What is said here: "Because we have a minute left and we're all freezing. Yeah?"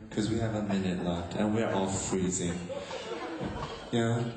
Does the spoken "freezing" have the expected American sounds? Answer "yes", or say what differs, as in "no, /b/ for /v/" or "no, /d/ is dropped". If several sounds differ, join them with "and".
yes